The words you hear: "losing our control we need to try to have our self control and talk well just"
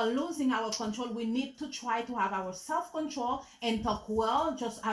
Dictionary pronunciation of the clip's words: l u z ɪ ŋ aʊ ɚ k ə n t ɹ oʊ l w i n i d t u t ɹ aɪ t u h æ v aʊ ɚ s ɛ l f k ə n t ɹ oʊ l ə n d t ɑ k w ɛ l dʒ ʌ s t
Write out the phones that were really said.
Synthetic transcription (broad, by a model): l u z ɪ ŋ aʊ ɚ k ə n t ɹ oʊ l w i n i d t u t ɹ aɪ t u h æ v aʊ ɚ s ɛ l f k ə n t ɹ oʊ l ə n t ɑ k w ɛ l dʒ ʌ s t